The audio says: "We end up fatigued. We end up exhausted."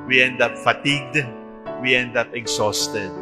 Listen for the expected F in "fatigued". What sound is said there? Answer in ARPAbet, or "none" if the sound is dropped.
F